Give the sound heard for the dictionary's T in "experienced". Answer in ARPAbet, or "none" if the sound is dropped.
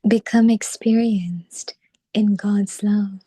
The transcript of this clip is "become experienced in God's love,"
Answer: T